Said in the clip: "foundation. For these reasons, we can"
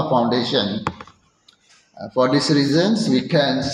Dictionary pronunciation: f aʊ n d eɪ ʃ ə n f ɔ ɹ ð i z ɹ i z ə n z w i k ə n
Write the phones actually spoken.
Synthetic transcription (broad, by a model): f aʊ n d eɪ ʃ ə n f ɔ ɹ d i s ɹ i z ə n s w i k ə n